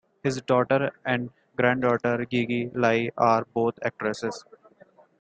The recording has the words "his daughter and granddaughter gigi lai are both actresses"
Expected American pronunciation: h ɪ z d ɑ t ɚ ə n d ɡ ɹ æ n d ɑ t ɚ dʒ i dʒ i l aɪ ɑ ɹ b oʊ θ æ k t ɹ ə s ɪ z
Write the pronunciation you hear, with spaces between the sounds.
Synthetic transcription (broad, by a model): h ɪ z d ɑ t ɚ ə n d ɡ ɹ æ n d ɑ t ɚ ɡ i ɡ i l aɪ ɑ ɹ b oʊ t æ k t ɹ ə s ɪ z